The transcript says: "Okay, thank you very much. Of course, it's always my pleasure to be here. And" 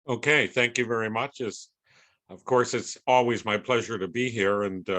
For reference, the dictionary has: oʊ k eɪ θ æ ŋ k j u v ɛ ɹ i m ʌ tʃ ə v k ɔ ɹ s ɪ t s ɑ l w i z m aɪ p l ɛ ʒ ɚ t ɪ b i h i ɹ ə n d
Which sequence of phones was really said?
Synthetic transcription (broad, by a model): oʊ k eɪ θ æ ŋ k j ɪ v ɛ ɹ i m ʌ tʃ ə v k ɔ ɹ s ɪ t s ɑ l w i z m aɪ p l ɛ ʒ ɚ t ɪ b i h i ɹ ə n